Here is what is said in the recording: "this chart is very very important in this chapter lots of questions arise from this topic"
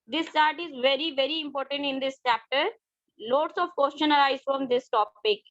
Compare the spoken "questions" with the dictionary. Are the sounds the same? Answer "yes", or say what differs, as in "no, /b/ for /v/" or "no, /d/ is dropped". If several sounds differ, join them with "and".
no, /z/ is dropped